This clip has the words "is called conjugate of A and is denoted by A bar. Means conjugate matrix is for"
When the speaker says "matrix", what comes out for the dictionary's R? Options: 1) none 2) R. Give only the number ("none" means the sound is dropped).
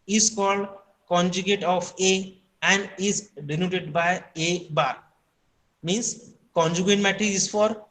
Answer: 1